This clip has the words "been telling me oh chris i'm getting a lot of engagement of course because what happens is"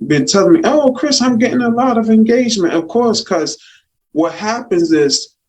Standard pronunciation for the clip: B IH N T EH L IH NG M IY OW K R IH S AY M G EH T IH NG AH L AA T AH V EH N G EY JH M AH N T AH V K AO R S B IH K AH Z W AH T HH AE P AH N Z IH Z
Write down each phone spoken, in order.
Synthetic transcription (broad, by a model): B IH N T EH L M IY OW K R IH S AY M G EH T IH NG AH L AA T AH V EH N G EY JH M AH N T AH V K AO R S K AH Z W AH T HH AE P AH N Z IH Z